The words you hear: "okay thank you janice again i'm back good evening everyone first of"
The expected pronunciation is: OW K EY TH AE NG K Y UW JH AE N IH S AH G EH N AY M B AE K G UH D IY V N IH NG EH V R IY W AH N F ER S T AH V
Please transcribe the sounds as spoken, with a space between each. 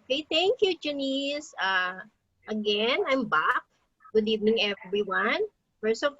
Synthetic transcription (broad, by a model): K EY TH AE NG K Y UW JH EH N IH S AH G EH N AY M B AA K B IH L IY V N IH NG EH V R IY W AH N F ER S AH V